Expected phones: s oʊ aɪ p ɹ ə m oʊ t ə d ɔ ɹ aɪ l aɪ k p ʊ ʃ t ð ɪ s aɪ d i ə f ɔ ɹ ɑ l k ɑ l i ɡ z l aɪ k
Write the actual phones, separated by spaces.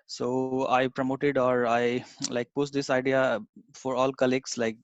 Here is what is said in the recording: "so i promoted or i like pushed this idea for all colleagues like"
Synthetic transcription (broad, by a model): s oʊ aɪ p ɹ ə m oʊ t ə d ɔ ɹ aɪ l aɪ k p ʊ s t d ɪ s aɪ d i ə f ɔ ɹ ɑ l k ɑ l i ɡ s l aɪ k